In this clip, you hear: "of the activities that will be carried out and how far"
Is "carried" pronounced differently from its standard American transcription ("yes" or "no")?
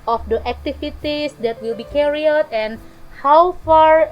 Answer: yes